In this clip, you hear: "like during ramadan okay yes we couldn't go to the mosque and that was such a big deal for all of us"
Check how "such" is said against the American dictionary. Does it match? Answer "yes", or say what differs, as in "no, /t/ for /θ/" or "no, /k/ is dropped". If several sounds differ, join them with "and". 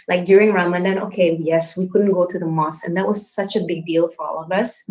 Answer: yes